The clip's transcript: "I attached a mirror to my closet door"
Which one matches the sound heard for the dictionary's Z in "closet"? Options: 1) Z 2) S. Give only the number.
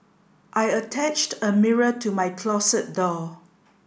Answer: 2